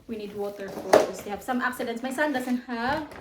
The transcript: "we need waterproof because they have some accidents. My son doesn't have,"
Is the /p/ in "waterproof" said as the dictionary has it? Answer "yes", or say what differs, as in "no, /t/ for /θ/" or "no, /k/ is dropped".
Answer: no, /p/ is dropped